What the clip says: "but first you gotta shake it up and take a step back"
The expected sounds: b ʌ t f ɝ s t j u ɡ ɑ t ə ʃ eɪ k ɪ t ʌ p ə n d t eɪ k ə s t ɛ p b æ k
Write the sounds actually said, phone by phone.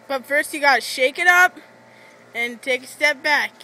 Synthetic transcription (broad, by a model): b ʌ t f ɝ s t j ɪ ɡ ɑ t ʃ eɪ k ɪ t ʌ p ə n t eɪ k ə s t ɛ p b æ k